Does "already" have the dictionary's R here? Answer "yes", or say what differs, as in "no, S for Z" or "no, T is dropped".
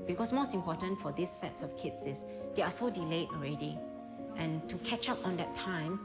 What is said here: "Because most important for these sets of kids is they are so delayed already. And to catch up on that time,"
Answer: yes